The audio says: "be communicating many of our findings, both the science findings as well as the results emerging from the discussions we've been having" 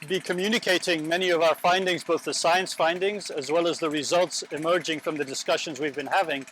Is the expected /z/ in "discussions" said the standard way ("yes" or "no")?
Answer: yes